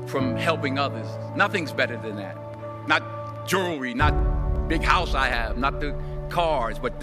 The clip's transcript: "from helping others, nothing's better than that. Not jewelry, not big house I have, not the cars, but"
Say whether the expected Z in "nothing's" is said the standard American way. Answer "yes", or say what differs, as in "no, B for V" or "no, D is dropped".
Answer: yes